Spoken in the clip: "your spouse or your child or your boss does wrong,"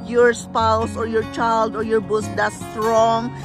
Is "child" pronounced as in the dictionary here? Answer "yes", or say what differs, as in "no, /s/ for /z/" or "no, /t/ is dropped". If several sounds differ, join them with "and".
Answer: yes